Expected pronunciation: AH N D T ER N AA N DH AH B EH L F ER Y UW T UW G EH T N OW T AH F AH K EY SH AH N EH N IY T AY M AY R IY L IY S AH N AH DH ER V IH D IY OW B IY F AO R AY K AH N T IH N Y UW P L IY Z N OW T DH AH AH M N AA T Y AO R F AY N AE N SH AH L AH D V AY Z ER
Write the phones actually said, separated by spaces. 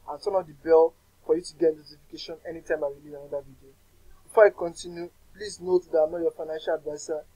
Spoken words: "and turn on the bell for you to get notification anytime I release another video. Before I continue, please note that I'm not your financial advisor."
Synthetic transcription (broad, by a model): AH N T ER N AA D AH B EH L F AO Y UW T UW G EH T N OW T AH F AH K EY SH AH N EH N IY T AY M AY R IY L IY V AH N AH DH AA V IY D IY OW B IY F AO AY K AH N T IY N Y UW P L IY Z N OW T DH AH AH M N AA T Y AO F AY N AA N SH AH L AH D V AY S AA